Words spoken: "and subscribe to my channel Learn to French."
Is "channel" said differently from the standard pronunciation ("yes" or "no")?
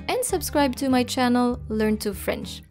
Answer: no